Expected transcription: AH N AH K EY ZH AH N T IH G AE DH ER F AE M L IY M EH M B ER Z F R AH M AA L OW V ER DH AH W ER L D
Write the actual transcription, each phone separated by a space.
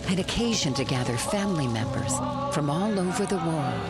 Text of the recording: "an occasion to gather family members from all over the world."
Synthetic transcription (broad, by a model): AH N AH K EY ZH AH N T IH G AE DH ER F AE M L IY M EH M B ER Z F R AH M AA L OW V ER DH AH W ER L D